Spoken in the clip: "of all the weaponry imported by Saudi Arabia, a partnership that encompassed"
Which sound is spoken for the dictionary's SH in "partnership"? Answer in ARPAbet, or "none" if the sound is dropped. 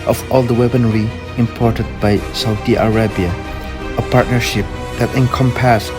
SH